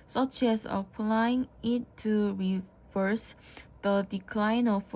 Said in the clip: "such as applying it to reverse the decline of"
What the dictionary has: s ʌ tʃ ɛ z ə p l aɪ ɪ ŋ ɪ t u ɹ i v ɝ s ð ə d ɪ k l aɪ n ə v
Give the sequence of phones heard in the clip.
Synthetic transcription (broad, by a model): s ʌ tʃ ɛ s ə p l aɪ ɪ ŋ ɪ t u ɹ i v ɝ s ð ə d ɪ k l aɪ n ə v